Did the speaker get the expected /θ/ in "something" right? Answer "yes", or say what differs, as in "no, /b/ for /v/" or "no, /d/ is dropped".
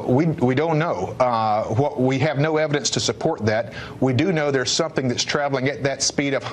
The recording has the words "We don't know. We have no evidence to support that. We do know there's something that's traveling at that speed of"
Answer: yes